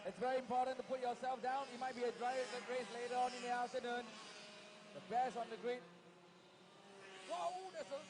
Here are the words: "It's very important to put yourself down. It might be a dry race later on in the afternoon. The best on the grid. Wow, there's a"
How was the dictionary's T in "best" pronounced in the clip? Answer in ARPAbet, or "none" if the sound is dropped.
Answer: none